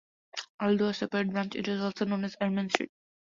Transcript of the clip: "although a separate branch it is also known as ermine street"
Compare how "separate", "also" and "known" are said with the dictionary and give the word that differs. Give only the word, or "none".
separate